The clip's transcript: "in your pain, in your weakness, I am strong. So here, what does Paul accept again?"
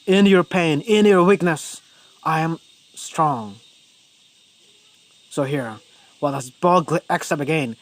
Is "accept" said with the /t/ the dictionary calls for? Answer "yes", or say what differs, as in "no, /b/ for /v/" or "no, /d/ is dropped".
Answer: no, /t/ is dropped